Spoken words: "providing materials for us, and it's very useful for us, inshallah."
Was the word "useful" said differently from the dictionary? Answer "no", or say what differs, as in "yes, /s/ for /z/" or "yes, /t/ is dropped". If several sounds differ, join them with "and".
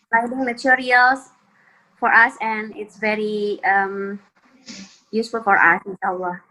no